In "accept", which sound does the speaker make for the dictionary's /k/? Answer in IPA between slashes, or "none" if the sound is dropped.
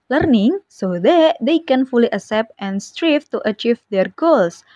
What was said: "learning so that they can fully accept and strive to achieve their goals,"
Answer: none